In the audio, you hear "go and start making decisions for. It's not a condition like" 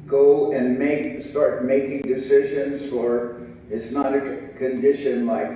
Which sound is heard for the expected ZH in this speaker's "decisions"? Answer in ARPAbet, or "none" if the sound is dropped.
ZH